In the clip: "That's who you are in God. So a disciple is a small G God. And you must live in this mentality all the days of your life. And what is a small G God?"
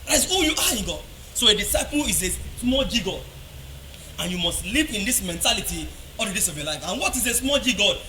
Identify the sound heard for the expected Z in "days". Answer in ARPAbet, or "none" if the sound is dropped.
S